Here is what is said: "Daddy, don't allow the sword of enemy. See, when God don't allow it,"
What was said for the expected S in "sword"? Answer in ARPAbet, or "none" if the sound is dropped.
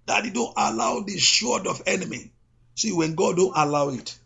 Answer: SH